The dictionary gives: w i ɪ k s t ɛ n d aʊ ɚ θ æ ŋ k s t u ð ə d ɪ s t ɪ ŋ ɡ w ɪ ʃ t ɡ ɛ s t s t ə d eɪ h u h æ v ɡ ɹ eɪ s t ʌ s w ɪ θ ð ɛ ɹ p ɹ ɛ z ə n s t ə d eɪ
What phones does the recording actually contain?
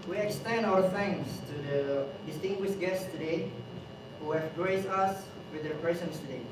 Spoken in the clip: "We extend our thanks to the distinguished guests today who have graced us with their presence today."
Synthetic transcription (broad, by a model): w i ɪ k s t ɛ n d aʊ ɚ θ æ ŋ s t u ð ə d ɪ s t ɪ ŋ ɡ w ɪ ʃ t ɡ ɛ s t s t ə d eɪ h u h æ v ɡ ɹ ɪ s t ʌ s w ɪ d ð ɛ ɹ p ɹ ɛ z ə n s t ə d eɪ